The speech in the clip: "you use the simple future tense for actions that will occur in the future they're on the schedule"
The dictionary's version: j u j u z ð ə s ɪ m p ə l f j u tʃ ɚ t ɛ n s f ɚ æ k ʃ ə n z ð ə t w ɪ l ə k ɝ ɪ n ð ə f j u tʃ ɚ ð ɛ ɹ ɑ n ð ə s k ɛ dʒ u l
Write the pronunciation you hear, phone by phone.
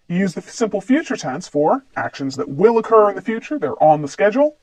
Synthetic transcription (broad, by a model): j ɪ j u z ð ə s ɪ m p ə l f j u tʃ ɚ t ɛ n s f ɚ æ k ʃ ə n z ð ə t w ɪ l ə k ɝ ɪ n ð ə f j u tʃ ɚ ð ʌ ɹ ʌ n ð ə s k ɛ dʒ l